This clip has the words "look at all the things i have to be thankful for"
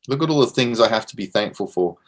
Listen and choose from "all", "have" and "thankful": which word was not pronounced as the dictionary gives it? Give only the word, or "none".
have